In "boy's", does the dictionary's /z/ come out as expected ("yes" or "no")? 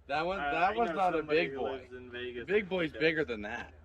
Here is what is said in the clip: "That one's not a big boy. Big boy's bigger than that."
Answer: yes